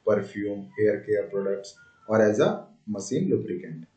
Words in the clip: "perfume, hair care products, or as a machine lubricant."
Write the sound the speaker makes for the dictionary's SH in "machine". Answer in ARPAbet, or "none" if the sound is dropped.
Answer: S